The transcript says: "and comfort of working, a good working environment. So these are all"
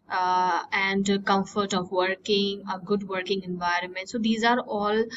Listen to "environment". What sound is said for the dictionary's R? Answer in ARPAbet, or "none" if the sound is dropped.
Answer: R